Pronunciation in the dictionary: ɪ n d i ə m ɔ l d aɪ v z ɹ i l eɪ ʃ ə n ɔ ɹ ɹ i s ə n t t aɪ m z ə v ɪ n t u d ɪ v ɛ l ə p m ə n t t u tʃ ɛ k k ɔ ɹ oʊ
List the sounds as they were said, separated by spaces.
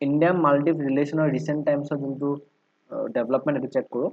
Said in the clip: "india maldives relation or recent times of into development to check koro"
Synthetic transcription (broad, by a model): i n d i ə m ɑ l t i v ɹ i l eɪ s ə n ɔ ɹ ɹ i s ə n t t aɪ m s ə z ɪ n t u d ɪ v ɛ l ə p m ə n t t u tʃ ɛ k k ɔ ɹ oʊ